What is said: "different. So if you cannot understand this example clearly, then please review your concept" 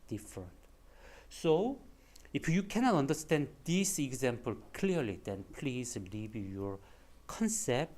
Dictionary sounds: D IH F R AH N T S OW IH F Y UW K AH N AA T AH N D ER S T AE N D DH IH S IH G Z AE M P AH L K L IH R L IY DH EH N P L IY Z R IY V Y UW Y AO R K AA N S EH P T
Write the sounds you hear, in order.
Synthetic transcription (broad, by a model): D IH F R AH N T S OW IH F Y UW K AH N AA T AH N D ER S T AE N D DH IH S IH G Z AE M P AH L K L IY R L IY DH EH N P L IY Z L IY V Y Y AO R K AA N S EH P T